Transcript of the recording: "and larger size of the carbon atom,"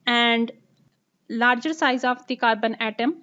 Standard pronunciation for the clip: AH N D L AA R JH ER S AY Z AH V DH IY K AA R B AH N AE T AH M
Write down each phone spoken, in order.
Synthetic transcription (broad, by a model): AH N D L AA R JH ER S AY Z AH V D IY K AA R B AH N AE T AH M